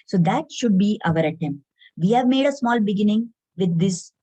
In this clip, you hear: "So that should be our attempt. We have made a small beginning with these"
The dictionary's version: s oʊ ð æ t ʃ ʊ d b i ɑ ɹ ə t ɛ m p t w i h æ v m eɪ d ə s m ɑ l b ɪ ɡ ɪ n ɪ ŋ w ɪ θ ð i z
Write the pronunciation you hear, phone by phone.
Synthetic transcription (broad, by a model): s oʊ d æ t ʃ ʊ d b i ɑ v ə t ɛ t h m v i h æ v m eɪ d ə s m ɑ l b ɪ ɡ ɪ n ɪ ŋ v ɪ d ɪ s